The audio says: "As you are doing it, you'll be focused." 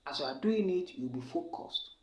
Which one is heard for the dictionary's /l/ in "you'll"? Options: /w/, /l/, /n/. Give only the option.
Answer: /w/